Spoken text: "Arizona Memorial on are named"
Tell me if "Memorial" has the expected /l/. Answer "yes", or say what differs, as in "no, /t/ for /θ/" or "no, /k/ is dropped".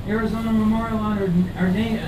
no, /n/ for /l/